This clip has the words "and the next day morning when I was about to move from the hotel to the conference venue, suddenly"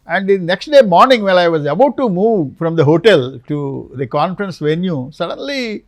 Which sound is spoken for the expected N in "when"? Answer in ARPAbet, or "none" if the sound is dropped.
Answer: L